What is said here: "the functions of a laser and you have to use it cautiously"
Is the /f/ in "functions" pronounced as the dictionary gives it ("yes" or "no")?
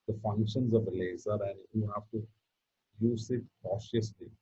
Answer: yes